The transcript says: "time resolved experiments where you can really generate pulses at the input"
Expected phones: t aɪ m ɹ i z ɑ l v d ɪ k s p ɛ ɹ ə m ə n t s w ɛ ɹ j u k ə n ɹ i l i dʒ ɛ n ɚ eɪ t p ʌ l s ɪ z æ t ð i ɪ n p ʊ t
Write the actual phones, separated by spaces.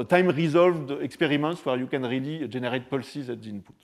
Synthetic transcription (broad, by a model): t aɪ m ɹ i z ɑ l v d ɪ k s p ɛ ɹ ə m ə n t s w ɛ ɹ j u k ə n ɹ i l i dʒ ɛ n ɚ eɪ t p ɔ l s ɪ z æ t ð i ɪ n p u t